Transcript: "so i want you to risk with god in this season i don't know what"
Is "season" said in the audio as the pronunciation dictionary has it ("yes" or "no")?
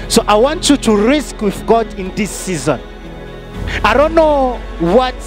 yes